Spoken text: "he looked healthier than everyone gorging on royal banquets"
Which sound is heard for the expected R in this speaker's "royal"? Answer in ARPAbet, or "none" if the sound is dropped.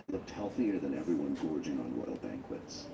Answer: W